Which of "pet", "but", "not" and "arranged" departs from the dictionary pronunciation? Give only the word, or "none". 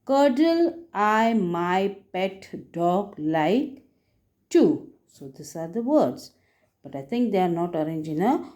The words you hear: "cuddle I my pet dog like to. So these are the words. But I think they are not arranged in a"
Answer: arranged